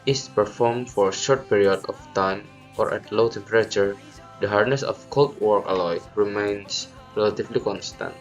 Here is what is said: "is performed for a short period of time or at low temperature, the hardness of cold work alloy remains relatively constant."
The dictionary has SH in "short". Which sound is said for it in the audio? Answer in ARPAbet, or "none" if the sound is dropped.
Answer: SH